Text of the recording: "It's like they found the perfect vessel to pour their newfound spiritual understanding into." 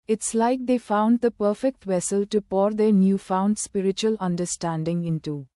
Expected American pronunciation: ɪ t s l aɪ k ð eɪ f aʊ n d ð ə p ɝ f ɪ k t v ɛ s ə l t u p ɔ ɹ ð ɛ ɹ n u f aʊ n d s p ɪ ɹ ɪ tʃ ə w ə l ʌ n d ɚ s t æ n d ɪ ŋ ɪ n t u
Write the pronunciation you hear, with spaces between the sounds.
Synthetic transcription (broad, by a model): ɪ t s l aɪ k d eɪ f aʊ n d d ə p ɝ f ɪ k t v ɛ s ə l t u p ɔ ɹ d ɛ ɹ n u f aʊ n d s p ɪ ɹ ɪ tʃ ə ə l ʌ n d ɚ s t æ n d ɪ ŋ ɪ n t u